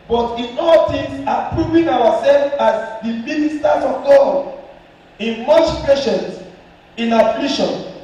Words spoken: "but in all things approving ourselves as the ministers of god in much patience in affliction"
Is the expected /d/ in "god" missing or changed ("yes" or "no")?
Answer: yes